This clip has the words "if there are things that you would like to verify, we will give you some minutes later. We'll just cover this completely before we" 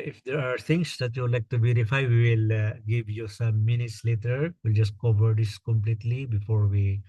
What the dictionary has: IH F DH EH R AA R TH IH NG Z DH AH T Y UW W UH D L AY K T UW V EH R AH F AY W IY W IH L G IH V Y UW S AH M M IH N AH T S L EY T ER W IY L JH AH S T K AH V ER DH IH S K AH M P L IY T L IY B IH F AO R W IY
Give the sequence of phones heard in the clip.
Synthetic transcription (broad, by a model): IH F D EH R AA R T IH NG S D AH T Y UW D L AY K T UW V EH R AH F AY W IY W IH L G IH V Y UW S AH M M IH N AH T S L EY T ER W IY L JH AH S T K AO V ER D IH S K AH M P L IY T L IY B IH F AO R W IY